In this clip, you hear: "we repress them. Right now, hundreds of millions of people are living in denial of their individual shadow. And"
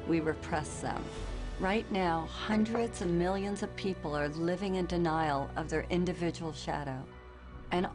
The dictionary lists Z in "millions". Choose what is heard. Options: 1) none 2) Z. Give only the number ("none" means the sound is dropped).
2